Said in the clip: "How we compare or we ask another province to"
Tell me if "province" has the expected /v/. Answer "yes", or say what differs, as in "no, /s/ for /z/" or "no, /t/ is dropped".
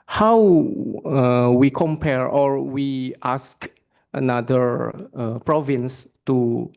yes